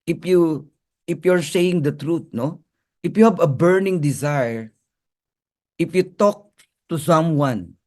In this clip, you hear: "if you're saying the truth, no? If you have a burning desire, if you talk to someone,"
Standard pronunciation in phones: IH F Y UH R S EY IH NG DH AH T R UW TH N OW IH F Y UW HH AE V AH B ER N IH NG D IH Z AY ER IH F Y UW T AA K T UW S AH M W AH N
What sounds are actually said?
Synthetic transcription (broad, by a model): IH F Y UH R S EY IH NG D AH T R UW T N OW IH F Y UW HH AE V AH B ER N IH NG D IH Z AY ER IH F Y UW T AA K T UW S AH M W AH N